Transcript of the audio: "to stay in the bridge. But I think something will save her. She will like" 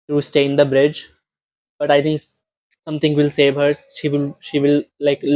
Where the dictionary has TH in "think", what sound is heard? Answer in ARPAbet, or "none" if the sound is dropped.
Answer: T